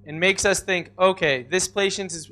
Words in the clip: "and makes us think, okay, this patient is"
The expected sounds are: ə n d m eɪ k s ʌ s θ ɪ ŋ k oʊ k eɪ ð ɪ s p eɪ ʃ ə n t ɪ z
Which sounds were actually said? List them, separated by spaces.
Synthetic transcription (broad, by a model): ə n m eɪ k s ʌ s θ ɪ ŋ k oʊ k eɪ ð ɪ s p eɪ ʃ ə n t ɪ z